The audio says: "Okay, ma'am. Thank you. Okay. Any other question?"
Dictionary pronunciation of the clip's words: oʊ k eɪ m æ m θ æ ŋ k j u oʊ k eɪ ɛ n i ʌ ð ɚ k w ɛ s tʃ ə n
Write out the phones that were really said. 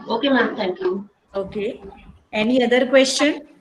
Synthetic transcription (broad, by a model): oʊ k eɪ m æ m t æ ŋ k j u oʊ k eɪ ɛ n i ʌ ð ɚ k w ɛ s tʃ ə n